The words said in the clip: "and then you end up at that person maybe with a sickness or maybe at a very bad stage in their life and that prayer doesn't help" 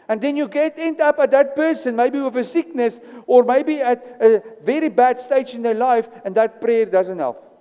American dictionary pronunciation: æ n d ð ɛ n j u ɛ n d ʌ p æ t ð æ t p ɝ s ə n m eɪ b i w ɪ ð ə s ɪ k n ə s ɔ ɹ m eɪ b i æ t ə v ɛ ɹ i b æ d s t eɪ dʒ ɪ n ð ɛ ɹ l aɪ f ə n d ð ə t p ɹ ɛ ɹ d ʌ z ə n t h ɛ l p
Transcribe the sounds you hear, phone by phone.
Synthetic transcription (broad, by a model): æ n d ð ɛ n j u ɛ n d ʌ p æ t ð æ t p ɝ s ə n m eɪ b i w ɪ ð ə s ɪ k n ə s ɔ ɹ m eɪ b i æ t ə v ɛ ɹ i b æ d s t eɪ dʒ ɪ n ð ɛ l aɪ f ə n d ð ə t p ɹ ɛ ɹ d ʌ z ə n t h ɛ l p